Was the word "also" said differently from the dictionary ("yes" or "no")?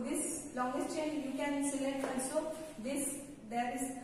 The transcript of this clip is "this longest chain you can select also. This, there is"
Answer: yes